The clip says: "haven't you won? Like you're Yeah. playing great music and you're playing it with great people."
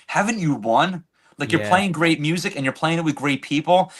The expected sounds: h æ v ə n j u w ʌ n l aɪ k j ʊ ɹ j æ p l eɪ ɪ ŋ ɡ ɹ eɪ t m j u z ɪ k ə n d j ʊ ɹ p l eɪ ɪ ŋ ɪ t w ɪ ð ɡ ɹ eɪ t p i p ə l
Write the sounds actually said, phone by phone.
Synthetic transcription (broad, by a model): h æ v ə n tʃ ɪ w ʌ n l aɪ k j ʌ ɹ p l eɪ ɪ ŋ ɡ ɹ eɪ t m j u z ɪ k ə n j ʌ ɹ p l eɪ ɪ ŋ ɪ t w ɪ ð ɡ ɹ eɪ t p i p l